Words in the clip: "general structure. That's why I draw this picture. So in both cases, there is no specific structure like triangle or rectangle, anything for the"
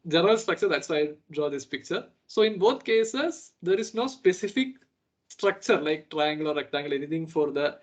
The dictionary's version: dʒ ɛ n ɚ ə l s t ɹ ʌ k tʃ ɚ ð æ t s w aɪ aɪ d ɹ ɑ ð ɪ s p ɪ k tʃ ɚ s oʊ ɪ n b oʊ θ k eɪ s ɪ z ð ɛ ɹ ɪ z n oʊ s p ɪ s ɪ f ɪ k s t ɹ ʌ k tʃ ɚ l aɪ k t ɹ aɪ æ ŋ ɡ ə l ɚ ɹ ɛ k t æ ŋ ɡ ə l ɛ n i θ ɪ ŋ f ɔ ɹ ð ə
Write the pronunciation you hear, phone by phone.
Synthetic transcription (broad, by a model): dʒ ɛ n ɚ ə l s t ɹ ʌ k tʃ ɚ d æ t s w aɪ aɪ d ɹ ɑ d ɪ s p ɪ k tʃ ɚ s oʊ ɪ n b oʊ t k eɪ s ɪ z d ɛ ɹ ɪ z n oʊ s p ɪ s ɪ f ɪ k s t ɹ ʌ k tʃ ɚ l aɪ k t ɹ aɪ æ ŋ ɡ ə l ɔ ɹ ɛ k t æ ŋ ɡ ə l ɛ n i t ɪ ŋ f ɔ ɹ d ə